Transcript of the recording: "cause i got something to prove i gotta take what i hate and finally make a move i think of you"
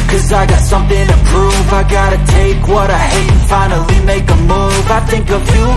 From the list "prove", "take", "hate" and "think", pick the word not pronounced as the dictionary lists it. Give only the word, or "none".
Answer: hate